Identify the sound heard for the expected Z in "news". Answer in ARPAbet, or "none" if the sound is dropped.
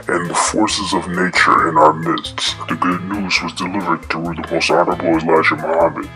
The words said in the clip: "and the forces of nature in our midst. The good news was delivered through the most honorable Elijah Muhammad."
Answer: Z